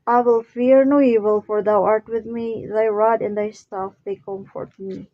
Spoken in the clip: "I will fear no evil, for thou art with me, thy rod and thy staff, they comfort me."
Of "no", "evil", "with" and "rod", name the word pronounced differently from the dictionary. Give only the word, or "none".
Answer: none